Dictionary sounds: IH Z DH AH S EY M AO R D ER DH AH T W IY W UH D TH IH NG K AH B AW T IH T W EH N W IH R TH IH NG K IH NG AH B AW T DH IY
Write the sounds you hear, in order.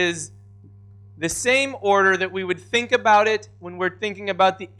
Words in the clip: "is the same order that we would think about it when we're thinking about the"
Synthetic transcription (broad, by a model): IH Z DH AH S EY M AO R D ER DH AH T W IY W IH D TH IH NG K AH B AW T IH T W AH N W IH R TH IH NG K IH NG AH B AW T DH IY